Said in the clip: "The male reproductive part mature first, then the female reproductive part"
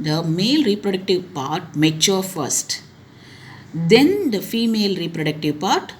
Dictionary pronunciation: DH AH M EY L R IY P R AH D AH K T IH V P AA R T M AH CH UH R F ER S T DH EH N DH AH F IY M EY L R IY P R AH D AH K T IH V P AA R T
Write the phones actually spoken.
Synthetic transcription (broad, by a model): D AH M EY L R IY P R AH D AH K T IH V P AA R T M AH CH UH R F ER S T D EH N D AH F IY M EY L R IY P R AH D AH K T IH V P AA R T